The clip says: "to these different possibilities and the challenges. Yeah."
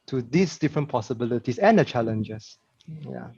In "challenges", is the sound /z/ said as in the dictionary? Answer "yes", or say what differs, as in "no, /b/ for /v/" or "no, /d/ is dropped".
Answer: no, /s/ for /z/